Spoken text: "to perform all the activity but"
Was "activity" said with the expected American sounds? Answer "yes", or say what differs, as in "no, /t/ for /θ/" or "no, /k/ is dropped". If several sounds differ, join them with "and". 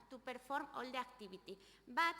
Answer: no, /b/ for /v/